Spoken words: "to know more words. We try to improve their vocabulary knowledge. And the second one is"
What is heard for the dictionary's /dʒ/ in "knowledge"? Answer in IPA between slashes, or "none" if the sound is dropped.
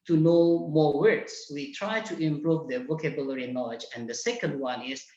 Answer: /dʒ/